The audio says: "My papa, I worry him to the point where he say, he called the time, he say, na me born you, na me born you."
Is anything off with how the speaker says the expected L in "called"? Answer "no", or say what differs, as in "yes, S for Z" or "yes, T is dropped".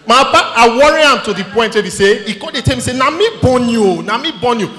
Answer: yes, L is dropped